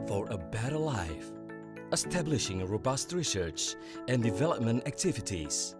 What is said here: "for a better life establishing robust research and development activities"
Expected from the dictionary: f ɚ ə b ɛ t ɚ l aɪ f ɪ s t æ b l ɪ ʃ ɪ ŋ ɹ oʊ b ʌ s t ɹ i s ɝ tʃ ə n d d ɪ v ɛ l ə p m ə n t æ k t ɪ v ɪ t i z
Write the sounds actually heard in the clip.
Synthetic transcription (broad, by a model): f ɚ ə b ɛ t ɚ l aɪ f ɪ s t æ b l ɪ ʃ ɪ ŋ ɹ oʊ b ʌ s t ɹ i s ɝ tʃ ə n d d ɪ v ɛ l ə p m ə n t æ k t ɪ v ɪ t i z